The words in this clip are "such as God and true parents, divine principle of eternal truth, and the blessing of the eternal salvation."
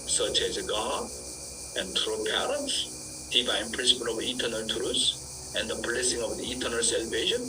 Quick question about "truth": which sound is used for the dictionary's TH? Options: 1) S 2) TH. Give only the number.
1